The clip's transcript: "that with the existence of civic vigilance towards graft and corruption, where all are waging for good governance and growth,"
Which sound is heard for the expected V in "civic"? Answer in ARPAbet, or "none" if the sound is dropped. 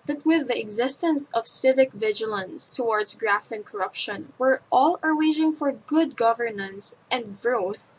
V